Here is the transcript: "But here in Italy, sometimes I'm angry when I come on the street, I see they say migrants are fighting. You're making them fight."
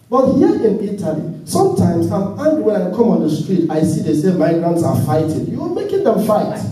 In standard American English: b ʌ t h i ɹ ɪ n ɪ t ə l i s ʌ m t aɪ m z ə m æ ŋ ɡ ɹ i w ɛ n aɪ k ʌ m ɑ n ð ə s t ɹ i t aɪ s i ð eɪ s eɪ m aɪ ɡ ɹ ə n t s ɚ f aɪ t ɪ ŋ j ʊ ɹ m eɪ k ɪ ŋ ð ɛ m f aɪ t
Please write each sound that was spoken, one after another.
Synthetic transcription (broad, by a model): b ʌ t h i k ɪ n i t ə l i s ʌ m t aɪ m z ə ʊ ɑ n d w ɛ n aɪ k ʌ m ɑ n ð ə s t ɹ i t aɪ s i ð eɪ s eɪ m aɪ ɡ ɹ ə n t s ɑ f aɪ t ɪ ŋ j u w m eɪ k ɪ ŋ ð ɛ m f aɪ t